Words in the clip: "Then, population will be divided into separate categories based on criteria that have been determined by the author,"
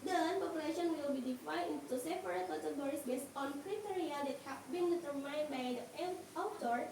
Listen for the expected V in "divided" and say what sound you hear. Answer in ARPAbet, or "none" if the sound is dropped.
F